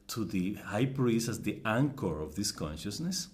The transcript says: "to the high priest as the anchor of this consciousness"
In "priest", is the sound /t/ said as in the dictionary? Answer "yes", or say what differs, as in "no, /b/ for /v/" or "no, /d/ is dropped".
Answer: no, /t/ is dropped